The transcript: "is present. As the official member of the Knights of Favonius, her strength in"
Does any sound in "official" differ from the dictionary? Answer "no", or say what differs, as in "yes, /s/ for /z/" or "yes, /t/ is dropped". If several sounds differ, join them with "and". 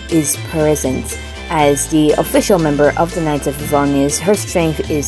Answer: no